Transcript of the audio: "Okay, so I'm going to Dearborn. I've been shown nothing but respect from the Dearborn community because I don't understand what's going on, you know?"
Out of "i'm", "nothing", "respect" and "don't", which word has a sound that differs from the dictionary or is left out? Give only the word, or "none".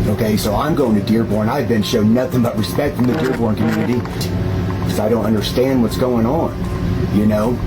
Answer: none